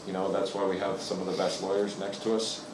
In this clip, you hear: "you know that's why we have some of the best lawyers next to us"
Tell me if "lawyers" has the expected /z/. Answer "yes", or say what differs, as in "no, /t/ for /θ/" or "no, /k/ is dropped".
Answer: yes